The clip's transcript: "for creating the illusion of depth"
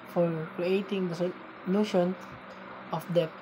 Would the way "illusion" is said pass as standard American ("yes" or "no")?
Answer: no